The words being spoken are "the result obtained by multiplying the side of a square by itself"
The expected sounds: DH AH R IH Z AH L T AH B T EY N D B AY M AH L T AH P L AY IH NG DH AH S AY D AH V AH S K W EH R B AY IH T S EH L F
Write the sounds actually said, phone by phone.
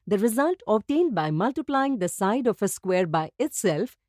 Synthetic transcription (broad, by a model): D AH R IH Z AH L T AH B T EY N D B AY M AH L T AH P L AY IH NG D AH S AY D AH F AH S K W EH R B AY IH T S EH L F